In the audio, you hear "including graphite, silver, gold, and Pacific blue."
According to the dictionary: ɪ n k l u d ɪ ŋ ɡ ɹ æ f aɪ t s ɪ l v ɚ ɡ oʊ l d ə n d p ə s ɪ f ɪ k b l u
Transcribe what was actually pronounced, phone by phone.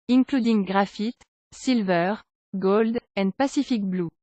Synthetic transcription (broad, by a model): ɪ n k l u d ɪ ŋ ɡ ɹ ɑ f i t s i l v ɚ ɡ oʊ l d ə n d p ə s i f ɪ k b l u